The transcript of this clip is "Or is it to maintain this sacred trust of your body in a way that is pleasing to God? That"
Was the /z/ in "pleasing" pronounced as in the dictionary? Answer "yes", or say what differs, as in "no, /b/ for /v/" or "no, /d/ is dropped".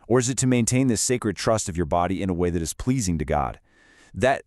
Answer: yes